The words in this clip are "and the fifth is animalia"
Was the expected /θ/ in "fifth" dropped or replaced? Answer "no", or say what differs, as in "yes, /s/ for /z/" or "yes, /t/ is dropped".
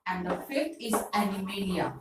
yes, /t/ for /θ/